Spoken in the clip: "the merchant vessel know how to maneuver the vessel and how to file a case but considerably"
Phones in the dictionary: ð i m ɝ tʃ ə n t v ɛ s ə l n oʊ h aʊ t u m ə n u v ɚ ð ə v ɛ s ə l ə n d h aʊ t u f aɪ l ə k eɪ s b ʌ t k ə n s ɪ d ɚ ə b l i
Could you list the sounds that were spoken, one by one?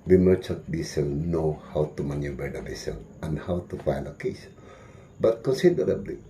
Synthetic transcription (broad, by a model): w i m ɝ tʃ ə t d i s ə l n oʊ h aʊ t u m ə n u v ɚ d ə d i s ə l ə n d h aʊ t u f aɪ l ə k eɪ s b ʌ t k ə n s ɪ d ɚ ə b l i